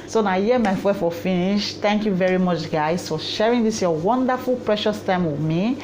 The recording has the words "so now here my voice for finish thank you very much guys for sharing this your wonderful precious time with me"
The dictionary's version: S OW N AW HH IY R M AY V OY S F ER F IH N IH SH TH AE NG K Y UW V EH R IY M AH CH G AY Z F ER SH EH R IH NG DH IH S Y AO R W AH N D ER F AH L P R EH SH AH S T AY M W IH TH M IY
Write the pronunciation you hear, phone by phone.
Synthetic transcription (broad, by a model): S OW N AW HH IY M AY F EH F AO F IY N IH SH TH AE NG K Y UW V EH R IY M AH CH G AY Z F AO SH EH R IH NG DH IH S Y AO W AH N D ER F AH L P R EH SH AH S T AY M W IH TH M IY